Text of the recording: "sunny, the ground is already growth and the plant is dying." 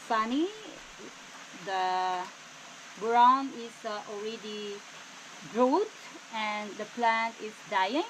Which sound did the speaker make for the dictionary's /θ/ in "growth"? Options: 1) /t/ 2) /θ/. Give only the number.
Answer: 1